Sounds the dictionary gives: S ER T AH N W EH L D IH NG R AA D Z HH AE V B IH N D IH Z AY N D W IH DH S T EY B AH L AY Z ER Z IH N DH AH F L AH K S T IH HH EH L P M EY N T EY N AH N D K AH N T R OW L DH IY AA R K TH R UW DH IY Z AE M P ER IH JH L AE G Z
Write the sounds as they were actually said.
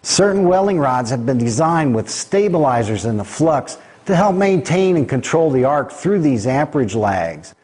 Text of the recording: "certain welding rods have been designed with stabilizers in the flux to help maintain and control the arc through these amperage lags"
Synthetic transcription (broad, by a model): S ER T N W EH L IH NG R AA D Z HH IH V B IH N D IH Z AY N D W IH DH S T EY B AH L AY Z ER Z IH N DH AH F L AH K S T IH HH EH L P M EY N T EY N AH N K AH N T R OW L DH IY AA R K TH R UW DH IY Z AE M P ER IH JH L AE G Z